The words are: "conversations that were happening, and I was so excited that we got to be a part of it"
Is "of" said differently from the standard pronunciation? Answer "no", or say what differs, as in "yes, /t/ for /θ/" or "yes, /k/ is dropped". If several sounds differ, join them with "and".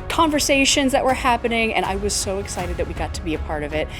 no